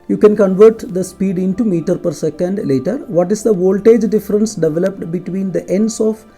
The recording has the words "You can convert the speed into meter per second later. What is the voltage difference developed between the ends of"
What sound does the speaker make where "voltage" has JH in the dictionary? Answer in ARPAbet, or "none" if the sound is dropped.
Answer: JH